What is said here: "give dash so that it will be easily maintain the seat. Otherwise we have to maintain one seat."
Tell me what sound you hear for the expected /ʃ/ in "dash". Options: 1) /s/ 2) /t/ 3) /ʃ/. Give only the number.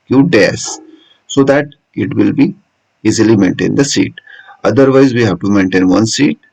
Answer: 1